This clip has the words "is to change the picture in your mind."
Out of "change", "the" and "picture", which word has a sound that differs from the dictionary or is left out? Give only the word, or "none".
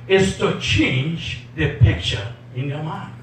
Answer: none